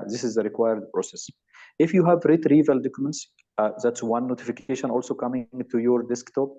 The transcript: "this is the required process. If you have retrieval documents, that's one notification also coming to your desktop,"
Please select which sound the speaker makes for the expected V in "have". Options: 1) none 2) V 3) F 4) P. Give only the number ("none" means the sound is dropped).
2